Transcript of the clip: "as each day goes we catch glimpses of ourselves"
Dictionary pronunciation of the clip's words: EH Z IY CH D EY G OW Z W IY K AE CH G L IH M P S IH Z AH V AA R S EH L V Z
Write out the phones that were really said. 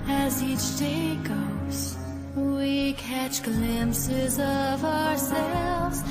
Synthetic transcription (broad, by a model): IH Z IY CH D EY G OW Z W IY K AE CH G L IH M P S IH Z AH V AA R S EH L V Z